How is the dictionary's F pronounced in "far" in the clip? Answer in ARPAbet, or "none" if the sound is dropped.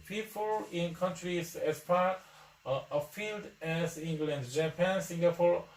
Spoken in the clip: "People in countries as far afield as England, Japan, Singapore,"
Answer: P